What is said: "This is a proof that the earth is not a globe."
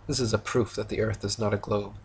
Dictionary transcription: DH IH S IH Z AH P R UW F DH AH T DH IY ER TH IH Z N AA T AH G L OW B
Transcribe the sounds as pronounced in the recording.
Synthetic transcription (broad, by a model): DH IH S IH Z AH P R UW F DH AH T DH IY ER TH IH Z N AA T AH G L OW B